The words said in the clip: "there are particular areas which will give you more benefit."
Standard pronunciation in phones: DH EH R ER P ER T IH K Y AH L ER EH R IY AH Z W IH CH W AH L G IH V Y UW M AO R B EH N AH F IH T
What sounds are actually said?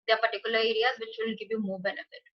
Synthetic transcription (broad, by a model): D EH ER P ER T IH K Y AH L ER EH R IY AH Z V IH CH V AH N G IH V Y UW M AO B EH N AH F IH T